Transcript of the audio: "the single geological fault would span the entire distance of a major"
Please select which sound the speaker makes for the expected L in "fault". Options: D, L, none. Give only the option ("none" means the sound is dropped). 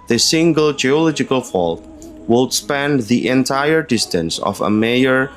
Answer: L